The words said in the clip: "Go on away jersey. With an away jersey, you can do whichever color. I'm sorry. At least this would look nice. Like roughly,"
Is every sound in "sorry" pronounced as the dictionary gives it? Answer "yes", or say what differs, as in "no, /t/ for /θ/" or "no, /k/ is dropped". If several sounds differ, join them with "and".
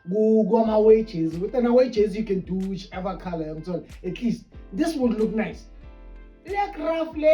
no, /l/ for /ɹ/